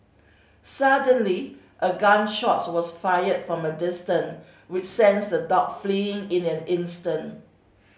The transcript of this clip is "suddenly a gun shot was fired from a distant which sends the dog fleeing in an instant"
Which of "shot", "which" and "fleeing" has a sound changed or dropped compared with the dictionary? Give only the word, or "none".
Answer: none